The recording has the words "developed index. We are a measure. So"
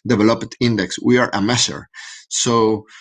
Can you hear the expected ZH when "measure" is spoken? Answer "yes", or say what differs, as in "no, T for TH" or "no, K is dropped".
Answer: no, S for ZH